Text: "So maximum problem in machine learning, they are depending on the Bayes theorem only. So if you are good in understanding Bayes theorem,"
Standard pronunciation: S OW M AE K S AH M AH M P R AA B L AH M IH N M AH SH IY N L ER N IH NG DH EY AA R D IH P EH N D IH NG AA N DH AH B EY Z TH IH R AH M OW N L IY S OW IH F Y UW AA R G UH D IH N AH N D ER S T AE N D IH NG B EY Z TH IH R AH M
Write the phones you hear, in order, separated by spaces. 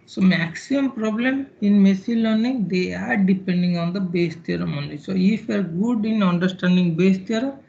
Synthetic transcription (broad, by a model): S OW M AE K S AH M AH M P R AA B L AH M IH N M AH S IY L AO N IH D EY AA R D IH P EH N D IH NG AA N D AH B EY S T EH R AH M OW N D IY S OW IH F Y AA R G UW D IH N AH N D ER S T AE N D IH NG B EY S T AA R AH